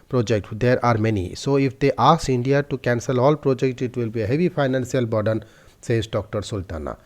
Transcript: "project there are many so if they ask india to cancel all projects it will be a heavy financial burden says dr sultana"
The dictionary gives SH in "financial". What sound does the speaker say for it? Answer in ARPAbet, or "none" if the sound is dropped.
S